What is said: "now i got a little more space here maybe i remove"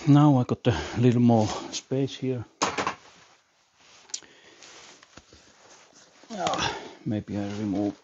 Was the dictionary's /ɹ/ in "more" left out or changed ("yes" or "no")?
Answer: yes